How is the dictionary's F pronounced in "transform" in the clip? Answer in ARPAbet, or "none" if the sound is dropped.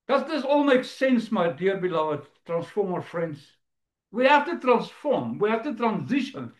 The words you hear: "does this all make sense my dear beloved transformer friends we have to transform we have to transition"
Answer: F